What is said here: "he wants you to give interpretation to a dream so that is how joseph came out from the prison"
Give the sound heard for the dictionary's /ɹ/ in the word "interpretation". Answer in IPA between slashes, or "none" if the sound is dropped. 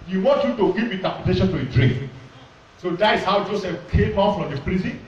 none